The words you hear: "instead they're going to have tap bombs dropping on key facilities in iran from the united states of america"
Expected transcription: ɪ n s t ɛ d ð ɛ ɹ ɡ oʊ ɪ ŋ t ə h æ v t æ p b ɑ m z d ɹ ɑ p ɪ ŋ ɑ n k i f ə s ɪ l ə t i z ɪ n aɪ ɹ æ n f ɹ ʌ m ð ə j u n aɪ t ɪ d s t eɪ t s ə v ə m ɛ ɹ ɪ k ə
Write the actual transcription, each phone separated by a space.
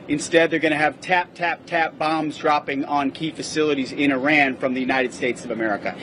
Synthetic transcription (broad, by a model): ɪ n s t ɛ d ð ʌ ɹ ɡ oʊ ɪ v t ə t æ t æ p b ɑ m z d ɹ ɑ p ɪ ŋ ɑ n k i f ə s ɪ l ə t i z ɪ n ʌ ɹ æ n f ɹ ʌ m ð ə j u n aɪ t ɪ d s t eɪ t s ə v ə m ɛ ɹ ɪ k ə